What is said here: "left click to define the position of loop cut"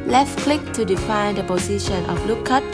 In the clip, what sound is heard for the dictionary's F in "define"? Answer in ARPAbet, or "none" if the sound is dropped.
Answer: F